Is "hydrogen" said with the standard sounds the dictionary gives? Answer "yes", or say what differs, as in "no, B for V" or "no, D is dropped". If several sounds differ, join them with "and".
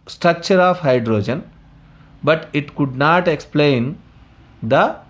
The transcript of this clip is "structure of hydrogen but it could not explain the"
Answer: yes